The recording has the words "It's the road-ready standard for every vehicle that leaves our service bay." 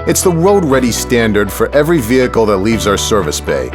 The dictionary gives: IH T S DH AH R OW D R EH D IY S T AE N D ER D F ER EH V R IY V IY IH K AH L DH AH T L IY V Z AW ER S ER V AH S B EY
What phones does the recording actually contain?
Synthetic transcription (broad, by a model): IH T S DH AH W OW D R EH D IY S T AE N D ER D F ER EH V R IY V IY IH K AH L DH AH T L IY V Z AW ER S ER V AH S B EY